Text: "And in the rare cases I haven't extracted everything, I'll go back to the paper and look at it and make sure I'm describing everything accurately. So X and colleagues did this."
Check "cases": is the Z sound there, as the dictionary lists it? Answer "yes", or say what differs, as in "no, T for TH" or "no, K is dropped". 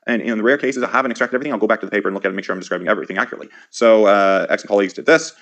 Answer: yes